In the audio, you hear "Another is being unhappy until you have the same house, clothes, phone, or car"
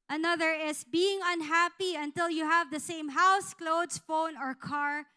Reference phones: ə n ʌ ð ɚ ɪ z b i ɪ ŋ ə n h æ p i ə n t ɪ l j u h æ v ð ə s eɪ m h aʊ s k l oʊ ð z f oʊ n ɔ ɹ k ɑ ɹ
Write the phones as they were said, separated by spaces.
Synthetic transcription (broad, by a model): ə n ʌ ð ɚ ɪ s b i ɪ ŋ ə n h æ p i ə n t ɪ l j u h æ v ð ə s eɪ m h aʊ s k l oʊ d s f oʊ n ɔ ɹ k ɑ ɹ